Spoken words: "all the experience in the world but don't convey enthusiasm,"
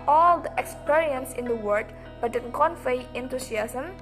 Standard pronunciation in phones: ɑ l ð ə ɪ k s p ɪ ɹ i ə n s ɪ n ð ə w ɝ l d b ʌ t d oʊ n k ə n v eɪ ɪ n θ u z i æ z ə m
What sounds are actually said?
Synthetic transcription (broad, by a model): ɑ l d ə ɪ k s p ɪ ɹ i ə n s ɪ n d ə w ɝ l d b ʌ t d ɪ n k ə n f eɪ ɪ n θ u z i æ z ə m